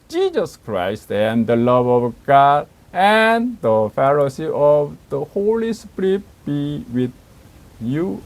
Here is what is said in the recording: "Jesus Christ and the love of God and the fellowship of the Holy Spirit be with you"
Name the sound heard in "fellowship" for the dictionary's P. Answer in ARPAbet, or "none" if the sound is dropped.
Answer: none